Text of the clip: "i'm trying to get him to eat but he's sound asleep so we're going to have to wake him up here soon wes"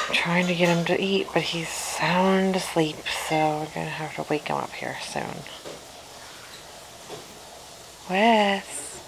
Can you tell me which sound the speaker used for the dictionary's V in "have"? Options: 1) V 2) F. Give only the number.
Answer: 2